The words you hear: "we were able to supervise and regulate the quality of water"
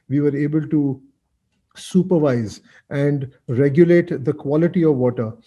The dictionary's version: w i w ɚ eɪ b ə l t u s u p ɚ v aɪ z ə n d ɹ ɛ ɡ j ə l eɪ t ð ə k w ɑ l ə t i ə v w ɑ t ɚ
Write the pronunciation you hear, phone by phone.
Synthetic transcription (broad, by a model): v i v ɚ eɪ b ə l t u s u p ɚ v aɪ z ə n d ɹ ɛ ɡ j ə l eɪ t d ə k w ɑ l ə t i ə v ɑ t ɚ